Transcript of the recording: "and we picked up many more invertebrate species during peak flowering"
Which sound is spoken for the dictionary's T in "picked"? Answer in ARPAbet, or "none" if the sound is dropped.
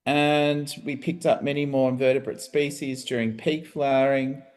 T